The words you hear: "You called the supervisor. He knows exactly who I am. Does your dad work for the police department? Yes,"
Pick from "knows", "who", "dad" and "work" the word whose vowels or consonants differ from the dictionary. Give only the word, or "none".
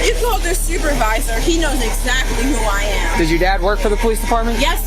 none